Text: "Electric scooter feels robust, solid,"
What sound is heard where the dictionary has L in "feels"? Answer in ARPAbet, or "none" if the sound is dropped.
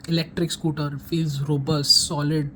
none